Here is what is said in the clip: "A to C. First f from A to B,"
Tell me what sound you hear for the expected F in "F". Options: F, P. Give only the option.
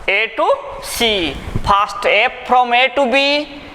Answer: P